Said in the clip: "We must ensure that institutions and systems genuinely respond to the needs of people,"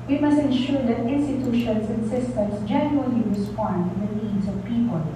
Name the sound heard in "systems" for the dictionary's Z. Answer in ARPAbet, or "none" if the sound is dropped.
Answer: S